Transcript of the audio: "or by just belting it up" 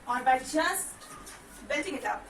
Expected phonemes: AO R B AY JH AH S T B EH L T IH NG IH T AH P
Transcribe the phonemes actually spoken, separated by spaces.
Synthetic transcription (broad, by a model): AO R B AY CH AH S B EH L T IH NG IH T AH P